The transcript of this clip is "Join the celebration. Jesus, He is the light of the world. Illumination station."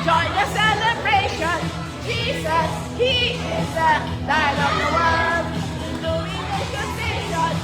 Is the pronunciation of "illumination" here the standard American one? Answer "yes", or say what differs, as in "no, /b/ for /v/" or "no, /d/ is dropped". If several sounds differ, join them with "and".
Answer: no, /m/ is dropped